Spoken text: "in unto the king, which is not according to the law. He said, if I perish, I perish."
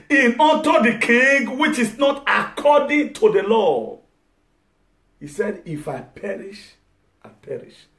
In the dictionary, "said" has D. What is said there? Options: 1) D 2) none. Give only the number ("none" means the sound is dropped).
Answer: 1